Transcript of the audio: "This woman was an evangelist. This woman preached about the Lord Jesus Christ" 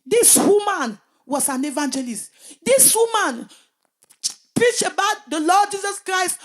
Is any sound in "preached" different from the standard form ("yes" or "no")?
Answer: yes